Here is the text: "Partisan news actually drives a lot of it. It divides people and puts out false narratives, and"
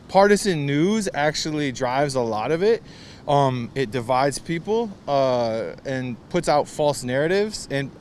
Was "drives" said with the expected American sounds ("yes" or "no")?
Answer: yes